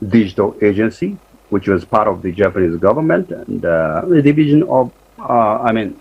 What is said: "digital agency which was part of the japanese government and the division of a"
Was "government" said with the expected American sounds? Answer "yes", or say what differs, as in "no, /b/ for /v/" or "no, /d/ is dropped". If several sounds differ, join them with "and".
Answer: yes